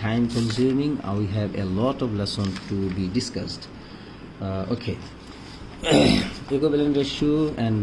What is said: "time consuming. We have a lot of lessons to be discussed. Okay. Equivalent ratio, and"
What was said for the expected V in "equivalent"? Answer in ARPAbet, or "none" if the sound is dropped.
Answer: B